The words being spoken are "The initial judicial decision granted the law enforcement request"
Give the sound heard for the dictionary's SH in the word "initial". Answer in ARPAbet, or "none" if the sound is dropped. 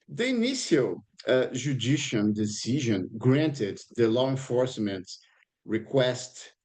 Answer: S